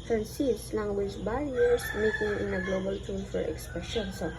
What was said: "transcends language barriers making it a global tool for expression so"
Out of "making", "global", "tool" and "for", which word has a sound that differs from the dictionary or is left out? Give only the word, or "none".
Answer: tool